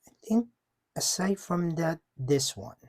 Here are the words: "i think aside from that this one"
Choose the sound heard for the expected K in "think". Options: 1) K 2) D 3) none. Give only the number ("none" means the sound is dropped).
1